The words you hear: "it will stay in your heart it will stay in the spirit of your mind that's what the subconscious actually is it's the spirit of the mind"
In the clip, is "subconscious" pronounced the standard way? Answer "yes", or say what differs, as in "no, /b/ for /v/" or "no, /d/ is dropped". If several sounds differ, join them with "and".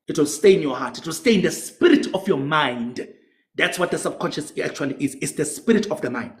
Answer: yes